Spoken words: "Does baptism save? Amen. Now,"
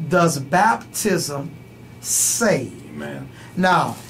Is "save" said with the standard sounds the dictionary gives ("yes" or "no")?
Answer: no